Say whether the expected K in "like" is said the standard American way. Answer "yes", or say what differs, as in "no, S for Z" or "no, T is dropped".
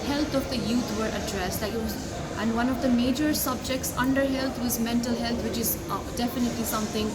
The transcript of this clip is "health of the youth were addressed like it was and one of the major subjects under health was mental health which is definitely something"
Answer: no, K is dropped